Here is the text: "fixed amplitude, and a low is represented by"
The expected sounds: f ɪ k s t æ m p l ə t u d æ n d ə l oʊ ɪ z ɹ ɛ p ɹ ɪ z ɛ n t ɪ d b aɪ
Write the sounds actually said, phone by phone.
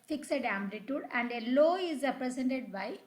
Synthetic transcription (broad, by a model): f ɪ k s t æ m b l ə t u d æ n d ə l oʊ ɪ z ɹ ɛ p ɹ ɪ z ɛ n t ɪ d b aɪ